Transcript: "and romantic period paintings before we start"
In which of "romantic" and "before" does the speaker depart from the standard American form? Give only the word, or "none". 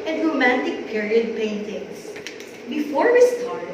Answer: none